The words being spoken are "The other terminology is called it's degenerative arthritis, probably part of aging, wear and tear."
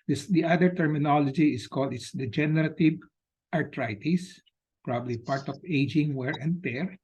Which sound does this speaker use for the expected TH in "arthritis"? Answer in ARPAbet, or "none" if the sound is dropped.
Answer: T